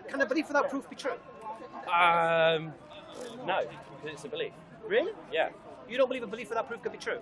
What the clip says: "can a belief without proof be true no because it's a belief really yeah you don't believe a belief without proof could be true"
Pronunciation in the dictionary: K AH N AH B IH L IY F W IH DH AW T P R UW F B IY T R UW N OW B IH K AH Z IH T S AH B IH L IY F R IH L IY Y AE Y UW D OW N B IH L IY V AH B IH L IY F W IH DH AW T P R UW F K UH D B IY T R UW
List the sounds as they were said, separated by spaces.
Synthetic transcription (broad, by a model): K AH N AH B IH L IY F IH DH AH T P R UW F B IY T R UW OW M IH AH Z IH T S AH B IH L IY F R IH L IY Y AE Y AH D OW N B IH L IY V AH B IH L IY F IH DH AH T P R UW F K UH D B IY T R UW